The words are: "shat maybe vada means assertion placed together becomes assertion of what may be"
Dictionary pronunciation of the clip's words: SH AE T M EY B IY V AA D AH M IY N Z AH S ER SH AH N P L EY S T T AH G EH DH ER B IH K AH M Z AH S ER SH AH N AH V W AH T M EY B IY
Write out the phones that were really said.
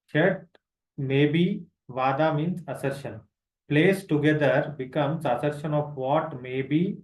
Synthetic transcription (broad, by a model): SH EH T M EY B IY V AA D AH M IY N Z AH S ER SH AH N P L EY S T T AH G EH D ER B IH K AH M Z AH S ER SH AH N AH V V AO T M EY B IY